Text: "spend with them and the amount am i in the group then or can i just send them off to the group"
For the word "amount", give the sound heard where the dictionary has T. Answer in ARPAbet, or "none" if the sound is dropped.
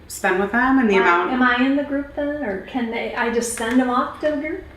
none